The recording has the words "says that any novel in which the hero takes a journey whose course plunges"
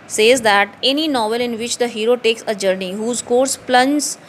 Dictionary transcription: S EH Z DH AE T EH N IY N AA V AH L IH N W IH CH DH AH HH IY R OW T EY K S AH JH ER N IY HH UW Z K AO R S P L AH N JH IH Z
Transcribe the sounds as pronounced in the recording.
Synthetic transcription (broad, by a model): S EH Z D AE T EH N IY N AA V AH L IH N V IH CH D AH HH IY R OW T EY K S AH JH ER N IY HH UW Z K AO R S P L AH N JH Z